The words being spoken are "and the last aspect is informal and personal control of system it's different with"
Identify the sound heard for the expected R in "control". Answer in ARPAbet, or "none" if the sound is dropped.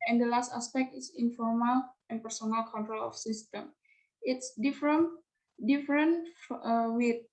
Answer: R